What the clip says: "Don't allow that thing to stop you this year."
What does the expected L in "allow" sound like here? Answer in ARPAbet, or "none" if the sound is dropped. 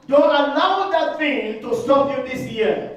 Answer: N